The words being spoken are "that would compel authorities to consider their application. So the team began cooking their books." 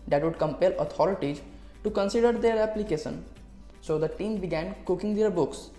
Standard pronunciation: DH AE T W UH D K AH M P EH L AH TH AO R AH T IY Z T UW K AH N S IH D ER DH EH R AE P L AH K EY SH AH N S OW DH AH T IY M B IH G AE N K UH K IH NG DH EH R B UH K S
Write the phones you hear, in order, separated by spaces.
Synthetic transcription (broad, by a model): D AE T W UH D K AH M P EH L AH T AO R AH T IY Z T UW K AH N S IH D ER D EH R AE P L AH K EY SH AH N S OW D AH T IY M B IH G AE N K UH K IH NG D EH R B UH K S